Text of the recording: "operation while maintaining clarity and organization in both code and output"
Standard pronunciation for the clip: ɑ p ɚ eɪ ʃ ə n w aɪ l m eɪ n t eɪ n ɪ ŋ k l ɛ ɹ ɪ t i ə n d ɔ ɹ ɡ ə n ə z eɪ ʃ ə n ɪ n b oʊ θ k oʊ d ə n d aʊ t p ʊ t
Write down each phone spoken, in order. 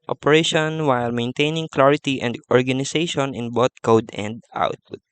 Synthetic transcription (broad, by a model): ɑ p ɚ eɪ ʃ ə n w aɪ l m eɪ n t eɪ n ɪ ŋ k l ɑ ɹ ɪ t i ə n d ɔ ɹ ɡ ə n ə s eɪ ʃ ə n ɪ n b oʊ t k oʊ d ə n d aʊ t p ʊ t